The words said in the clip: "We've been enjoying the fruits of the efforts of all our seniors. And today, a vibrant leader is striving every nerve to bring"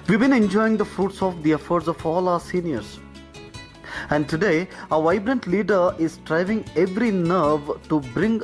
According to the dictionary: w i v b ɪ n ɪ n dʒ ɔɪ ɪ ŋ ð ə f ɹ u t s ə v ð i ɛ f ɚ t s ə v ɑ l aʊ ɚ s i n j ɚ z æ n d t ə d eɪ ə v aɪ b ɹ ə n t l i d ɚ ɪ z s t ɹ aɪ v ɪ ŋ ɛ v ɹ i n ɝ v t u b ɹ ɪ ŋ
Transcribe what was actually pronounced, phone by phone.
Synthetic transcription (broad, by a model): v i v b ɪ n ɪ n dʒ ɔɪ ɪ ŋ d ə f ɹ u t s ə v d i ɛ f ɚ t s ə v ɑ l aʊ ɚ s i n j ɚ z æ n d t ə d eɪ ə v aɪ b ɹ ə n t l i d ɚ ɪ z s t ɹ aɪ v ɪ ŋ ɛ v ɹ i n ɝ v t u b ɹ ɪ ŋ